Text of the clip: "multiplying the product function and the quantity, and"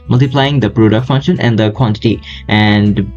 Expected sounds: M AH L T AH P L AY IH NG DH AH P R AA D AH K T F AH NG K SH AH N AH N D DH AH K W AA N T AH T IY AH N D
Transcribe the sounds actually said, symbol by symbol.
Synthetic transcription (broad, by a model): M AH L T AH P L AY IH NG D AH P R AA D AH K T F AH NG K SH AH N AH N D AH K W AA N T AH T IY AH N D